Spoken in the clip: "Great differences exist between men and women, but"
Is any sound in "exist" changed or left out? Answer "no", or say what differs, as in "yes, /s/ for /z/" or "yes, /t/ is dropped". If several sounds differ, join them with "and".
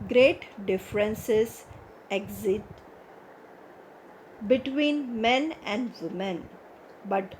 yes, /s/ is dropped